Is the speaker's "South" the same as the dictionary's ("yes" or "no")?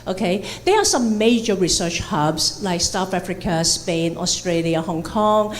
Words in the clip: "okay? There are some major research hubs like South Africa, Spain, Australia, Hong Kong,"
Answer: no